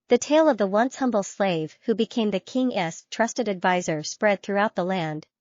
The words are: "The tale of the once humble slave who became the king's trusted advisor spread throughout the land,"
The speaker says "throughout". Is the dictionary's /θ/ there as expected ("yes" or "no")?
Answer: yes